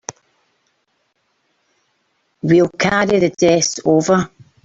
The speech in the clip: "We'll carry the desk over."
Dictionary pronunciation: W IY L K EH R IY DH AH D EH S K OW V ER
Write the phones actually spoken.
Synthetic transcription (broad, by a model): W IY L K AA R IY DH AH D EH S OW V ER